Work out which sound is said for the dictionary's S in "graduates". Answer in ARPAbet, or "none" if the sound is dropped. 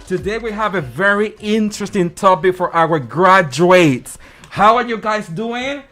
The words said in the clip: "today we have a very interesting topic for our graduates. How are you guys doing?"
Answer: S